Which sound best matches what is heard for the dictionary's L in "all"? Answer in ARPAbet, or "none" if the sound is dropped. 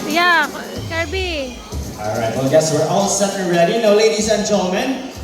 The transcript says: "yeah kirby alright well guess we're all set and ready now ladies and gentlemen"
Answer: L